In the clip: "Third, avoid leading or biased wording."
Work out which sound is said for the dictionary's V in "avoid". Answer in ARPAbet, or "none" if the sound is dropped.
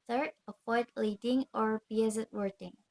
F